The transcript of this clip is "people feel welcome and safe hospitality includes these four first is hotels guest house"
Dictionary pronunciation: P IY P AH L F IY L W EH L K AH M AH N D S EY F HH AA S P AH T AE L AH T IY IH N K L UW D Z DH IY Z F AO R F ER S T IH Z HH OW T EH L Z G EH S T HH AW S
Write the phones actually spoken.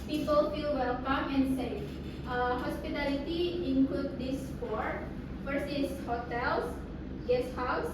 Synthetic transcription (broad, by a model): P IY P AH L F IY L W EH L K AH M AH N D S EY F HH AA S P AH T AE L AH T IY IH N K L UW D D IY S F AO R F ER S IH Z HH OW T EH L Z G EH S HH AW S